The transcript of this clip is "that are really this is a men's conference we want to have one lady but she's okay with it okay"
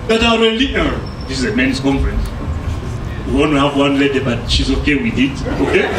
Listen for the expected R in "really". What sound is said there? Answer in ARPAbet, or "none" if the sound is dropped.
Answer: L